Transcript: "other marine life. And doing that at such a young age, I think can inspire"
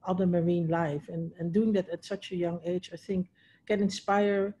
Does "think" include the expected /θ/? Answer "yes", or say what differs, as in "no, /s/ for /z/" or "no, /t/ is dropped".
yes